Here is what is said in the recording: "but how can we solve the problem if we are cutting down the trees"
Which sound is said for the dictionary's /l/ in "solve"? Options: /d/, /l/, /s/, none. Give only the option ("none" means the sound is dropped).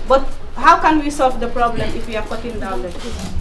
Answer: /l/